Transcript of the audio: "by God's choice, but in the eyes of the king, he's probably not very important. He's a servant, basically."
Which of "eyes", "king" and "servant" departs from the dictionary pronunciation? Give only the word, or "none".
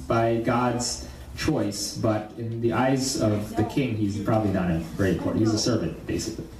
none